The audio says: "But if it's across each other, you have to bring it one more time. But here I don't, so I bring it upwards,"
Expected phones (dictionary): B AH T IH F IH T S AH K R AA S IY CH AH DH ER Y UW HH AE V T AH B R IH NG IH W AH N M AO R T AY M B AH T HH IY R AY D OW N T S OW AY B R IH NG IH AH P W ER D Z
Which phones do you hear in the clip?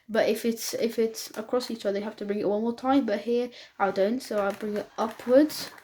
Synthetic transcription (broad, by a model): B AH T IH F IH T S AH K R AA S IY CH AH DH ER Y HH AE F T AH B R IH NG IH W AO L M AO R T AY M B AH T HH IY R AY D OW N T S OW AY B R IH NG IH AH P W ER D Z